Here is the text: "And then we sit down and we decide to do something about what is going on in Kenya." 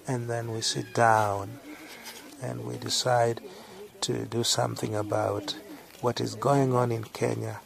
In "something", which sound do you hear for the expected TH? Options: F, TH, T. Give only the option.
TH